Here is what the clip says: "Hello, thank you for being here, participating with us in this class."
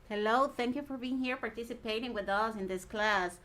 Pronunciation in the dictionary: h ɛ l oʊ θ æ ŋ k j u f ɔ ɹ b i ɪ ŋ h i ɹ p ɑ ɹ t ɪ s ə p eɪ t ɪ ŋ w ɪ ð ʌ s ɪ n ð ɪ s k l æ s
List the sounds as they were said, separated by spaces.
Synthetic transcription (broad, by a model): h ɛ l oʊ θ æ ŋ k j u f ɔ ɹ b i ɪ ŋ h i ɹ p ɑ ɹ t ɪ s ə p eɪ t ɪ ŋ w ɪ ð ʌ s ɪ n ð ɪ s k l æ s